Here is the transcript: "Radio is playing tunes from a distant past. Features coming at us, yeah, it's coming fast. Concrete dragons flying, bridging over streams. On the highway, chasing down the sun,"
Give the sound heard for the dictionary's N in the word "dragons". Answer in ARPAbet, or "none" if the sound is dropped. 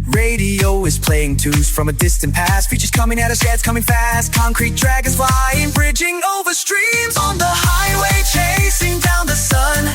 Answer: none